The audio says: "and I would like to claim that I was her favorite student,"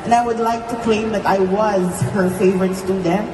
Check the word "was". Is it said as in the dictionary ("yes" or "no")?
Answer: yes